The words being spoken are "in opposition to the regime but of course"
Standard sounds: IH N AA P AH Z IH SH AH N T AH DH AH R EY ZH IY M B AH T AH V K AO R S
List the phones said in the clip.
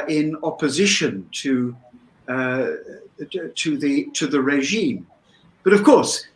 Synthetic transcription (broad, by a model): IH N AA P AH Z IH SH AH N T AH DH AH R EY ZH IY M B AH T AH V K AO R S